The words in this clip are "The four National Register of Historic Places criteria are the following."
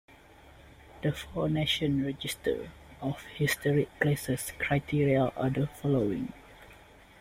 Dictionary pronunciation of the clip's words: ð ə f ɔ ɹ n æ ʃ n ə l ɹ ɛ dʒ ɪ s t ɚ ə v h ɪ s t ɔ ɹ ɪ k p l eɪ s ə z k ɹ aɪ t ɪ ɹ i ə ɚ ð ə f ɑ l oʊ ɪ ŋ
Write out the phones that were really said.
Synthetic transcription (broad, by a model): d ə f ɔ n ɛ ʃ ə n ɹ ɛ dʒ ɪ s t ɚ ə f h ɪ s t ɔ ɹ ɪ k l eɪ s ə s k ɹ aɪ t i ɹ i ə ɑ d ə f ɑ l oʊ ɪ ŋ